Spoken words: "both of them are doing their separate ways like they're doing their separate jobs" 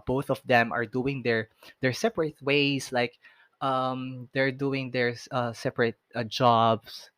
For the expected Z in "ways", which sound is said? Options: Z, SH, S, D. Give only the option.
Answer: S